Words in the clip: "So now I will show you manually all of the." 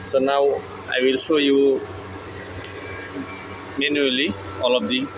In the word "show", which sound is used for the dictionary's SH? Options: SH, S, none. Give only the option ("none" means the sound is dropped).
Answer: S